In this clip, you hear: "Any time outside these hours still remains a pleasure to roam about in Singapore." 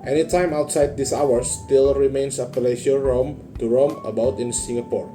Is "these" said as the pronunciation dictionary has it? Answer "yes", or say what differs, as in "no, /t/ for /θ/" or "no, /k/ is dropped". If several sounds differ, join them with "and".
no, /s/ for /z/